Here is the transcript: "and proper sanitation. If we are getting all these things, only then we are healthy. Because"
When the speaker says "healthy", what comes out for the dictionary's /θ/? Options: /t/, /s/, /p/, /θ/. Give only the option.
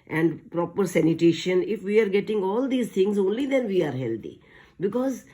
/t/